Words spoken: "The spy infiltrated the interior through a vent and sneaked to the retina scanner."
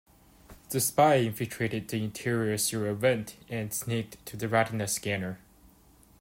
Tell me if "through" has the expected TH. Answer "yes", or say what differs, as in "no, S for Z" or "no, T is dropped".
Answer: no, S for TH